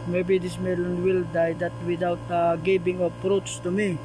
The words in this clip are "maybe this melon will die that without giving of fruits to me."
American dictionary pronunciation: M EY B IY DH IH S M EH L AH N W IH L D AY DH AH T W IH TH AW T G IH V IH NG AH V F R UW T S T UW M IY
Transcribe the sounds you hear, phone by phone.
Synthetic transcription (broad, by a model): M EY B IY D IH S M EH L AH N W IH L D AY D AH T W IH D AW T G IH B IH NG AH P R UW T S T UW M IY